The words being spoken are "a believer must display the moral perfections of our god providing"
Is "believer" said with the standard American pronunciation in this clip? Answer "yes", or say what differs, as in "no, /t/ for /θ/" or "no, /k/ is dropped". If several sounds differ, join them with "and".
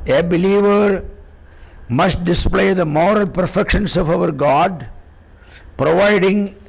yes